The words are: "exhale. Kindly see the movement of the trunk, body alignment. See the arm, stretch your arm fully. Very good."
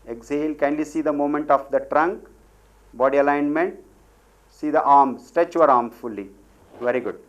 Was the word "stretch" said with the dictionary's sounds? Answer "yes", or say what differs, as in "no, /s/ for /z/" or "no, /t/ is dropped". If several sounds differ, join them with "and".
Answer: no, /ɹ/ is dropped